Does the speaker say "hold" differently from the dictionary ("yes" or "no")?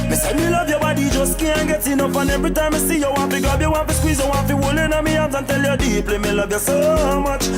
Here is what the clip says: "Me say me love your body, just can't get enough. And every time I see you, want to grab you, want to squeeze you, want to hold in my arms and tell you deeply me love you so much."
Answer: yes